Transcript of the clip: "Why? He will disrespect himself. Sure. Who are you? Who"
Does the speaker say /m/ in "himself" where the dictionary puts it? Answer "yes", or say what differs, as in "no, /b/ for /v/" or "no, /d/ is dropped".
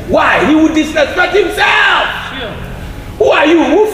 yes